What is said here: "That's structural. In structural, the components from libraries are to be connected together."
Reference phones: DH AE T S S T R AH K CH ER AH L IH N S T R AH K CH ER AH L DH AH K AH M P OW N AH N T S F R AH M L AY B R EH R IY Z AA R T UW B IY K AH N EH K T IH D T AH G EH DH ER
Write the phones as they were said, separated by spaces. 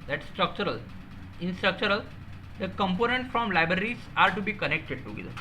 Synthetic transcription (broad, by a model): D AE T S S T R AH K CH ER AH L IH N S T R AH K CH ER AH L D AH K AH M P OW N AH N T F R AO M L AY B R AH R IY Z AA R T UW B IY K AH N EH K T IH D T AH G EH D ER